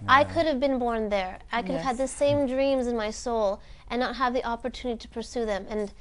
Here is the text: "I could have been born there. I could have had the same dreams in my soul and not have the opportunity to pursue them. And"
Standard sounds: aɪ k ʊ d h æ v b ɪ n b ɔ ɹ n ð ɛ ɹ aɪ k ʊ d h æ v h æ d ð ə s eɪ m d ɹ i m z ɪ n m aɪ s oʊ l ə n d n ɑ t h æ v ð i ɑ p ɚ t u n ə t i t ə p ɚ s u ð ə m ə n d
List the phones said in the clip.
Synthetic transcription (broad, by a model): aɪ k ʊ d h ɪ v b ɪ n b ɔ ɹ n ð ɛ ɹ aɪ k ʊ d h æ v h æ d ð ə s eɪ m d ɹ i m z ɪ n m aɪ s oʊ l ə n n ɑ t h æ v ð i ɑ p ɚ t u n ə t i t ə p ɚ s u ð ə m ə n